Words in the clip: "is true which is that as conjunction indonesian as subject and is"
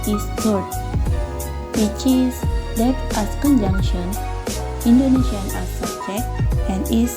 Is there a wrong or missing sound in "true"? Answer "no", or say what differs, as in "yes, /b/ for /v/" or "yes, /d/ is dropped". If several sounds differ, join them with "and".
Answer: yes, /ɹ/ is dropped